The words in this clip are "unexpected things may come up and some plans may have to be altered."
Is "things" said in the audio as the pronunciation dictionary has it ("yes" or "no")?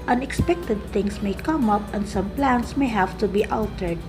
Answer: no